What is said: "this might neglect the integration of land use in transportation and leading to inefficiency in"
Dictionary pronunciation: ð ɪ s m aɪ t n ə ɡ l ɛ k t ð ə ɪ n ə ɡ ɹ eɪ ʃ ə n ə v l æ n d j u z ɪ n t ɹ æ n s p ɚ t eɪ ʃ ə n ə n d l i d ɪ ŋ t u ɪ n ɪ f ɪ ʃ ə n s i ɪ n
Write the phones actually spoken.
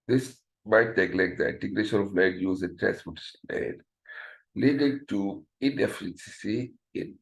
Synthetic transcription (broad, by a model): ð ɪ s m aɪ t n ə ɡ l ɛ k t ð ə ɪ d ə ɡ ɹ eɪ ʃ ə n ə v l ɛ d j u z ɪ n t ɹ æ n s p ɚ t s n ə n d l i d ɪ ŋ t u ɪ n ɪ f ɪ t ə s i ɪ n